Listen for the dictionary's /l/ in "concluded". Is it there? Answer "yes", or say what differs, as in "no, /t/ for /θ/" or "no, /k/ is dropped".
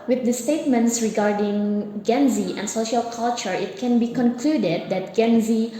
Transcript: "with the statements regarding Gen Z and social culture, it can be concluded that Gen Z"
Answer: yes